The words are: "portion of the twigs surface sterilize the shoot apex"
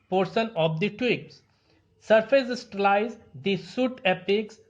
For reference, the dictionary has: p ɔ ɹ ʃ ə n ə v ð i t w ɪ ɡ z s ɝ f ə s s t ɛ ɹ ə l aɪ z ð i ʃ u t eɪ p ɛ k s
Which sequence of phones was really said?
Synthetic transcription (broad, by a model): p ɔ ɹ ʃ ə n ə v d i t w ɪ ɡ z s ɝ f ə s s t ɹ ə l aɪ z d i s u t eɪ p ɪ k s